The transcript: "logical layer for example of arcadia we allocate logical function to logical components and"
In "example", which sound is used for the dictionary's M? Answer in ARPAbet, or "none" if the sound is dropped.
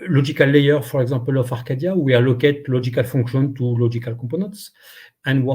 none